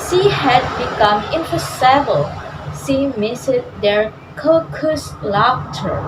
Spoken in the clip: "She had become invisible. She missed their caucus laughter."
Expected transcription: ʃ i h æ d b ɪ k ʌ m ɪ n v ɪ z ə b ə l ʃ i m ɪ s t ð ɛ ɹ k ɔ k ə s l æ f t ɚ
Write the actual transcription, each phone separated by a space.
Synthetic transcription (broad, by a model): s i h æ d b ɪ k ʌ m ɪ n p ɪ s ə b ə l s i m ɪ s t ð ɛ ɹ k ɔ k ə s l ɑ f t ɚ